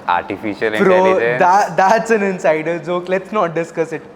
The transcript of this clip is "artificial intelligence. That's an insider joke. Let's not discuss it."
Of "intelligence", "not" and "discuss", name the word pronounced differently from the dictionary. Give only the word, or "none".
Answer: intelligence